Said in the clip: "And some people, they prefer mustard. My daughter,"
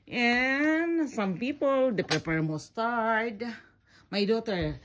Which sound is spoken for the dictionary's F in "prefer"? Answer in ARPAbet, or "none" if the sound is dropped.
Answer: P